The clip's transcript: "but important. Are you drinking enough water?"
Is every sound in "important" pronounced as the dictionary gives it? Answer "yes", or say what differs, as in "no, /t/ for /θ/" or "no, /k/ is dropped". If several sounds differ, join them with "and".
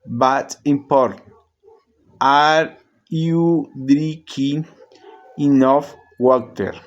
no, /n/ is dropped